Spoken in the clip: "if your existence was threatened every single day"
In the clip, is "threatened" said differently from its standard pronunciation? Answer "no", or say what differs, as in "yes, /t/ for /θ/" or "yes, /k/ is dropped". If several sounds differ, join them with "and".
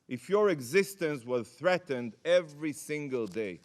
no